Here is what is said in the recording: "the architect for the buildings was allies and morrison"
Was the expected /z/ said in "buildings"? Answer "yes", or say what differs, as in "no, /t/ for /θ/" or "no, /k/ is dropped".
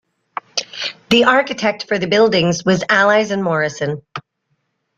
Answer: yes